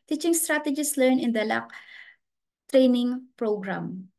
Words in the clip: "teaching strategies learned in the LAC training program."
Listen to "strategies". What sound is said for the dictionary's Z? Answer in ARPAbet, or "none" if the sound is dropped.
S